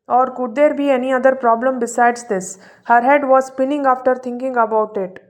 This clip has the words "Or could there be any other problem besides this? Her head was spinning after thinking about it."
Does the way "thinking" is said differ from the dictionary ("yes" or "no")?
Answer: yes